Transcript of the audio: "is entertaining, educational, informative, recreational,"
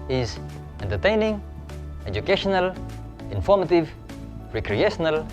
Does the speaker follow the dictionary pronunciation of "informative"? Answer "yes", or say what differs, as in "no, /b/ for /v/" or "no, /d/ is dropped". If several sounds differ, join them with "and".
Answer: yes